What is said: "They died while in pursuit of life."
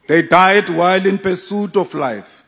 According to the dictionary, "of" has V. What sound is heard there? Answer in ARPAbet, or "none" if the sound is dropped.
F